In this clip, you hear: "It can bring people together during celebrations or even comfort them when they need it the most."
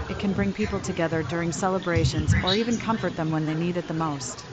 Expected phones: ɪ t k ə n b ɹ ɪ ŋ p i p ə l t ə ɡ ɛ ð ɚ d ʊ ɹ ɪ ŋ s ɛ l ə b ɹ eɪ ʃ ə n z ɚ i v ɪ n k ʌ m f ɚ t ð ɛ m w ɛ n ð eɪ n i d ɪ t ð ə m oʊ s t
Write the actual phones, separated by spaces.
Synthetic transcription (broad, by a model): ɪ t k ə n b ɹ ɪ ŋ p i p l t ə ɡ ɛ ð ɚ d ʊ ɹ ɪ ŋ s ɛ l ə b ɹ eɪ ʃ ə n z ɚ i v ɪ n k ʌ m f ɚ t ð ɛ m w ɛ n ð eɪ n i d ɪ t ð ə m oʊ s t